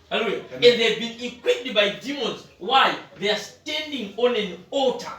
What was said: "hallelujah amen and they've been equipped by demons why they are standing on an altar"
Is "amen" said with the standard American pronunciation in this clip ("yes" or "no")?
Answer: no